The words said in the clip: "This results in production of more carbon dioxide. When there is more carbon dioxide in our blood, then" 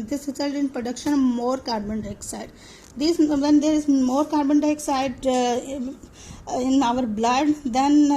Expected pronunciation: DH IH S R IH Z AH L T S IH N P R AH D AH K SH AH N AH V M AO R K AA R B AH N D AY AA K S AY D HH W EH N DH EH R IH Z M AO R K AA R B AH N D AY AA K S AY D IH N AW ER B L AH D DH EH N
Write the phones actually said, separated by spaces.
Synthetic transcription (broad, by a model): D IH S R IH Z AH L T IH N P R AH D AH K SH AH N M AO R K AA R B AH N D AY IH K S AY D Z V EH N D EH R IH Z M AO R K AA R B AH N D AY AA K S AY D IH N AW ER B L AH D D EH N